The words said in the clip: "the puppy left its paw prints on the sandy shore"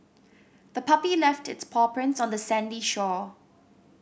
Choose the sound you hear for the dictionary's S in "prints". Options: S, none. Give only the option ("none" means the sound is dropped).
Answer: S